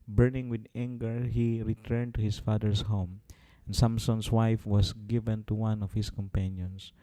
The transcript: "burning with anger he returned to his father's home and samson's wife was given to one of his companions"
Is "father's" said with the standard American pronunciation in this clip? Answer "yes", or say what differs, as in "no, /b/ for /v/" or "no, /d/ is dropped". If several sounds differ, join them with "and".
no, /s/ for /z/